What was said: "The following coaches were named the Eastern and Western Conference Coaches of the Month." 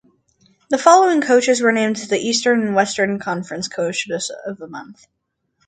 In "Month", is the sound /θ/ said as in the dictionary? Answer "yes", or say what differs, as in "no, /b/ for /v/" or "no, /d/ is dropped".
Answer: yes